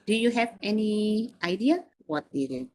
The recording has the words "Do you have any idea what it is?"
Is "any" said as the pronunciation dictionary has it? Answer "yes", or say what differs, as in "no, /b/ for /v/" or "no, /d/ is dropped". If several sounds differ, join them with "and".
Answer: yes